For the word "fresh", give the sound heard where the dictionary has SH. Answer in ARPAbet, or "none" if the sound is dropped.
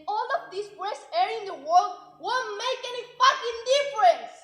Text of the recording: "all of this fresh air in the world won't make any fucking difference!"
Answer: S